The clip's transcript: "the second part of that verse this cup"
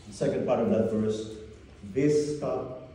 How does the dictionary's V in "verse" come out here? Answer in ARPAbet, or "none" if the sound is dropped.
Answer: F